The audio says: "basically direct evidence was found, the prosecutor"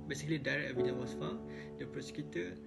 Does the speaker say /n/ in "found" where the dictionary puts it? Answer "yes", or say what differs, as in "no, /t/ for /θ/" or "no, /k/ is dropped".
no, /n/ is dropped